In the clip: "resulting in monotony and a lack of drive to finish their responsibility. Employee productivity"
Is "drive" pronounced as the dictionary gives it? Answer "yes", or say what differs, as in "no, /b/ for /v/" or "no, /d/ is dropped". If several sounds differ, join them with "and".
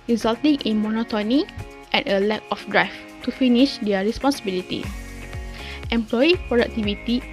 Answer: no, /f/ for /v/